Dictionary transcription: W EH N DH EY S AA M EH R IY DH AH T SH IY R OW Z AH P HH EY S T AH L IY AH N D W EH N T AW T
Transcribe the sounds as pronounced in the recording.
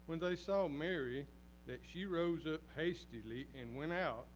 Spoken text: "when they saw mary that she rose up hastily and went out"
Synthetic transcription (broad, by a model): W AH N DH EY S AA M EH R IY DH AH T SH IY R OW Z AH P HH EY S T AH L IY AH N W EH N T AW T